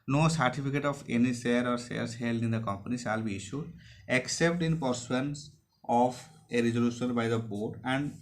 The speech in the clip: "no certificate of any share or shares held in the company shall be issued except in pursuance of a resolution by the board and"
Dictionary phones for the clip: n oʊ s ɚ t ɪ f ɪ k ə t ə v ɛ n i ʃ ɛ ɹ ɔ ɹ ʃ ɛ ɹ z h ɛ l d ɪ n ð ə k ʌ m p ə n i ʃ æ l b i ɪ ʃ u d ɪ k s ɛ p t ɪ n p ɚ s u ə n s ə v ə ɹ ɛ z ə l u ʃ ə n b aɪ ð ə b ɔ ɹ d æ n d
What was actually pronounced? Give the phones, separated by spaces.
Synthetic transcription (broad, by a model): n oʊ s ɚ t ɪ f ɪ k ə t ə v ɛ n i s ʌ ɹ ɔ ɹ s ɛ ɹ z h ɛ l d ɪ n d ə k ʌ m p ə n i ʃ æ l b i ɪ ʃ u d ɪ k s ɛ p t ɪ n p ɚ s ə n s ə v ə ɹ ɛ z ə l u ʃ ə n b aɪ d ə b ɔ ɹ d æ n d